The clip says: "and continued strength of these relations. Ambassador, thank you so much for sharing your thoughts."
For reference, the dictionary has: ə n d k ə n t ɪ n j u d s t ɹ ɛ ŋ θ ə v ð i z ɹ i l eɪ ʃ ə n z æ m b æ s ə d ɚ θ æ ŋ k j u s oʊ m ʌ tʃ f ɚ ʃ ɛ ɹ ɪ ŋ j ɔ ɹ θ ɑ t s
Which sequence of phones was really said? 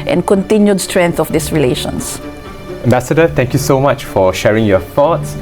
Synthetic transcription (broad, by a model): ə n k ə n t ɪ n j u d s t ɹ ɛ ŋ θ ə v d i s ɹ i l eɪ ʃ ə n s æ m b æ s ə d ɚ t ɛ ŋ k j u s oʊ m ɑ tʃ f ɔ ʃ ɛ ɹ ɪ ŋ j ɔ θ ɑ t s